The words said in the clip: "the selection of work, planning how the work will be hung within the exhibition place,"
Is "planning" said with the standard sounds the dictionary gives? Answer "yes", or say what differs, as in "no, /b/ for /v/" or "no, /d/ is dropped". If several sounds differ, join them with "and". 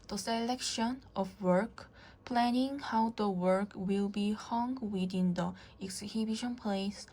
yes